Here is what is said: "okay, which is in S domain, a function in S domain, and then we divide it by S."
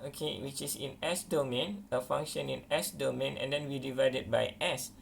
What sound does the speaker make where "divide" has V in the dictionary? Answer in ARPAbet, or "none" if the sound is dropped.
V